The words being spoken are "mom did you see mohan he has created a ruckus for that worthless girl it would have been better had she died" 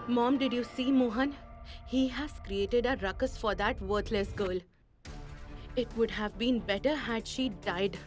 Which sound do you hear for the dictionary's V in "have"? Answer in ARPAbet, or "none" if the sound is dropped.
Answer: V